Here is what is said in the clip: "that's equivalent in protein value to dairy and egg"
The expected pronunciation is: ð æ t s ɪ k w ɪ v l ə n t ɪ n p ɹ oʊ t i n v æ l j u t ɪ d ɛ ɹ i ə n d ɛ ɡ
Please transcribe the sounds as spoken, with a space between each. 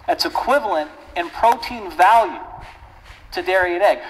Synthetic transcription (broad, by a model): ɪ t s ɪ k w ɪ v l ə n t ɪ n p ɹ oʊ t i n v æ l j u t ɪ d ɛ ɹ i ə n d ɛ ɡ